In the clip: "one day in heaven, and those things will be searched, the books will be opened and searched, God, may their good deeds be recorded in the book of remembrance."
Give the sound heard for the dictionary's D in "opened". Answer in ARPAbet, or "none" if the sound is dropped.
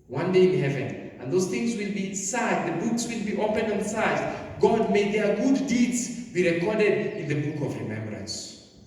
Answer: none